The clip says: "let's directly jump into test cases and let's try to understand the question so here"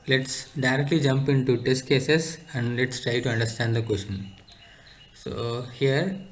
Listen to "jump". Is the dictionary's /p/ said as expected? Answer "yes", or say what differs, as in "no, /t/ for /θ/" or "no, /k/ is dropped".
yes